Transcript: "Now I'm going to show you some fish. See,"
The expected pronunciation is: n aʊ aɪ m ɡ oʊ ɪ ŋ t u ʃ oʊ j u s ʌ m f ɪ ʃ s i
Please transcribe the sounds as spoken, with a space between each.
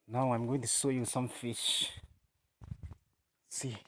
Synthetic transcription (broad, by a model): n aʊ aɪ m ɡ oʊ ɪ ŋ t u s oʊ j u s ʌ m f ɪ ʃ s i